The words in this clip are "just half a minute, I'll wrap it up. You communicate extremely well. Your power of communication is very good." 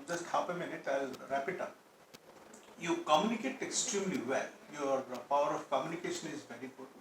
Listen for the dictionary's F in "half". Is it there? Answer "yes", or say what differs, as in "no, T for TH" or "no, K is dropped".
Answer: no, P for F